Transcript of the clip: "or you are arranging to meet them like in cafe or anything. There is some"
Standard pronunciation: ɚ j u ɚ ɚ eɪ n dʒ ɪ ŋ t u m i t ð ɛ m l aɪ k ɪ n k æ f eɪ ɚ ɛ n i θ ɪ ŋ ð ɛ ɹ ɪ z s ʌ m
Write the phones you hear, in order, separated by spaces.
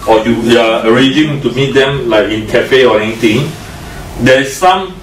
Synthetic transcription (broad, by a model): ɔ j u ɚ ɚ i dʒ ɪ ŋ t u m i t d ɛ m l aɪ k ɪ n k æ f eɪ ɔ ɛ n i t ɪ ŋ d ɛ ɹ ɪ s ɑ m